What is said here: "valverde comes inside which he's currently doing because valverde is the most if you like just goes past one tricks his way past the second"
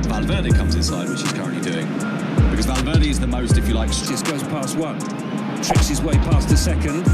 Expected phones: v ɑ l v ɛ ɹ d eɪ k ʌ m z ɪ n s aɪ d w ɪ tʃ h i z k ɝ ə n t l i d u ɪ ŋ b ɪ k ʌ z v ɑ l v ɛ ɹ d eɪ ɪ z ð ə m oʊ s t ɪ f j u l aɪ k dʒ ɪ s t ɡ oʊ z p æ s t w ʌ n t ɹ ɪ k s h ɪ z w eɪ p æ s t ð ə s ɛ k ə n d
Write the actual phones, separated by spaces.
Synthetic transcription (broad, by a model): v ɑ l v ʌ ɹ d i k ʌ m z ɪ n s aɪ d w ɪ tʃ h i z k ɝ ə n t l i d u ɪ ŋ b ɪ k ʌ z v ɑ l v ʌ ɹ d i ɪ z ð ə m oʊ s t ɪ f j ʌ l aɪ k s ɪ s ɡ oʊ z p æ s t w ʌ n t ɹ ɪ k s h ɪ z w eɪ p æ s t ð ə s ɛ k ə n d